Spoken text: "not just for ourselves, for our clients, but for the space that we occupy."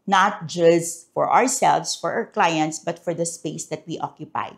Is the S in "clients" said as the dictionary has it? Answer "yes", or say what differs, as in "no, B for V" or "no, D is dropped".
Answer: yes